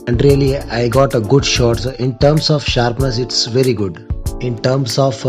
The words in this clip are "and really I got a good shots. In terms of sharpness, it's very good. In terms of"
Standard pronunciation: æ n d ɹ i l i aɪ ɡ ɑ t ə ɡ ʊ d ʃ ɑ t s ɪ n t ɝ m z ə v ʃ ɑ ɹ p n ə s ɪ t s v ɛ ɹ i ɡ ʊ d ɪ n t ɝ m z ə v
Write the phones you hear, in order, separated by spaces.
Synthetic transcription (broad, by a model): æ n d ɹ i l i aɪ ɡ ɑ t ə ɡ ʊ d ʃ ɑ t s ɪ n t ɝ m s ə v ʃ ɑ ɹ p n ə s ɪ t s v ɛ ɹ i ɡ ʊ d ɪ n t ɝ m s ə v